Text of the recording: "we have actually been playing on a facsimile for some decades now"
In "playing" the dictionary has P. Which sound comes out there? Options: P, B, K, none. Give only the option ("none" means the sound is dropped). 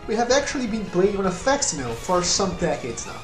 B